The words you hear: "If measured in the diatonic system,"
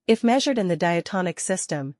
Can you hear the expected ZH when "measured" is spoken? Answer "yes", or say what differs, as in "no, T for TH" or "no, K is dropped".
yes